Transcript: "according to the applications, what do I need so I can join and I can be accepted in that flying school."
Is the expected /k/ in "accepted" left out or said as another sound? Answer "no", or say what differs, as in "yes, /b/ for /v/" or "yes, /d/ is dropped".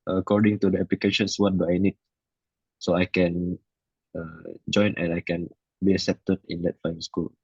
yes, /k/ is dropped